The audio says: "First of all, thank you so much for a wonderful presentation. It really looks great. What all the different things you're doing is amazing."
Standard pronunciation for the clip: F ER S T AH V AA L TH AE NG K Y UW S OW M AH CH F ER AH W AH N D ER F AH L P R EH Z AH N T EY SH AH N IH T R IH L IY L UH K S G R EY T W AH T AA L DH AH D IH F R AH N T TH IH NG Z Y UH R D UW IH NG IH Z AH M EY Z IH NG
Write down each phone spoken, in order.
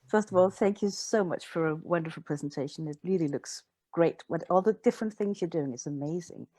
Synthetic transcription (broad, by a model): F ER S T AH V AA L TH AE NG K Y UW S OW M AH CH F ER AH W AH N D ER F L P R EH Z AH N T EY SH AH N IH T R IH L IY L UH K S G R EY T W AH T AA L DH AH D IH F R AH N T TH IH NG Z Y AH R D UW IH NG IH S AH M EY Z IH NG